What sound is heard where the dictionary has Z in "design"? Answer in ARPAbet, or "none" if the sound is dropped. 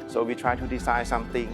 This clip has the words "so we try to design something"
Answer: S